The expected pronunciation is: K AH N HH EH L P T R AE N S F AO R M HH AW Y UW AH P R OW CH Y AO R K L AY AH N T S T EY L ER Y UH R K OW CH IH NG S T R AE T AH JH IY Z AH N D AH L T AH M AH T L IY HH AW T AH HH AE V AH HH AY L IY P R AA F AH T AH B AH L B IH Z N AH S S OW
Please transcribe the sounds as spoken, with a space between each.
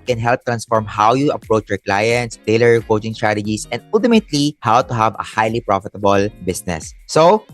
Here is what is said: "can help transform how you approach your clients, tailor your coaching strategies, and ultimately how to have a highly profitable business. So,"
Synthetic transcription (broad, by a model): K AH N HH EH L P T R AE N S F AO R M HH AW Y UW AH P R OW CH Y AO R K L AY AH N T S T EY L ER R K OW CH IH NG S T R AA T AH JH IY S AH N D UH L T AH M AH T L IY HH AW T AH HH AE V AH HH AY L IY P R AA F AH T AH B AH L B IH S N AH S S OW